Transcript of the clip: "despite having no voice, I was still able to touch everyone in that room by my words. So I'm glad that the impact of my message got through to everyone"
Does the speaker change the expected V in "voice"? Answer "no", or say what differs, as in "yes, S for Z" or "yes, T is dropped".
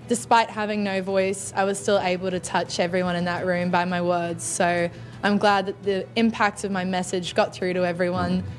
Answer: no